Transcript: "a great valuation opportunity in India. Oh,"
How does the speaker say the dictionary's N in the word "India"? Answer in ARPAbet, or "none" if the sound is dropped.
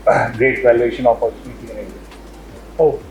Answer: none